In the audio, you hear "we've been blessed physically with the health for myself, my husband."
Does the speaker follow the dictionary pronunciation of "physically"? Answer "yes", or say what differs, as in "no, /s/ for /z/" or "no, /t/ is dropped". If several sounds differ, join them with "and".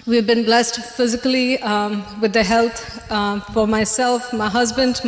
yes